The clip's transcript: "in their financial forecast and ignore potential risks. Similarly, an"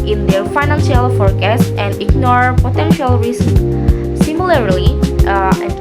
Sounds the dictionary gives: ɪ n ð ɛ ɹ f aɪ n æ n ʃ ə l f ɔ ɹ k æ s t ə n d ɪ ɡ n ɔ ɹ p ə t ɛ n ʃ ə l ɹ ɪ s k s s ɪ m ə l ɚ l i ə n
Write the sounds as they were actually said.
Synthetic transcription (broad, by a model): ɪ n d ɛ ɹ f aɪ n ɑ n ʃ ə l f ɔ ɹ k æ s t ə n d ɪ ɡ n ɔ ɹ p ə t ɛ n ʃ ə l ɹ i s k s s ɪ m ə l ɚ l i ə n